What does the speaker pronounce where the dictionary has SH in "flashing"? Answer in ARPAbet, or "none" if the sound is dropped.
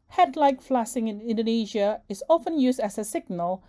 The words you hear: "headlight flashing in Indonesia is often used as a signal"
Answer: S